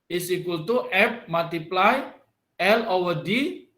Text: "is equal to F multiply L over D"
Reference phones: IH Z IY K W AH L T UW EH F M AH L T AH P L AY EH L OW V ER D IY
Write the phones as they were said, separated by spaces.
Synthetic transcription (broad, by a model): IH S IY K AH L T UW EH P M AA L T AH P L AY EH L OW ER D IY